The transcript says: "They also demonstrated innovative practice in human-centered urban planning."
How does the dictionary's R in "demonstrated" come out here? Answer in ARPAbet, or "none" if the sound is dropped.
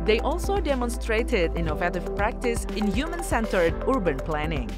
R